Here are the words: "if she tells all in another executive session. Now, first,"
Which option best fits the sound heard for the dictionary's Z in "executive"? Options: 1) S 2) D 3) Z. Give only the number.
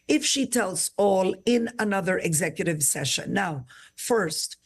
3